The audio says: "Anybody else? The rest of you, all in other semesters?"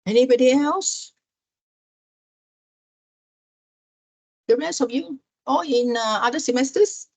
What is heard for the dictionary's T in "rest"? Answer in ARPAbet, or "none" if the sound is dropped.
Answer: none